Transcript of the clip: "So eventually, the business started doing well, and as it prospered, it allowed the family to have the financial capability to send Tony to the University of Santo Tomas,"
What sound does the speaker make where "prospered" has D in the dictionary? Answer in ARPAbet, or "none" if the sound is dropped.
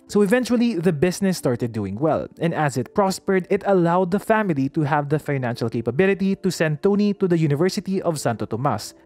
D